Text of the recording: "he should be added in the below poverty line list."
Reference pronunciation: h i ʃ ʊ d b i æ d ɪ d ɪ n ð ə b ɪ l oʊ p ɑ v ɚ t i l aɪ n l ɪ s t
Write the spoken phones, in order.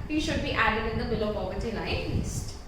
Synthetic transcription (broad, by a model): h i ʃ ʊ d b i æ d ɪ d ɪ n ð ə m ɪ l oʊ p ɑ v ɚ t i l aɪ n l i s t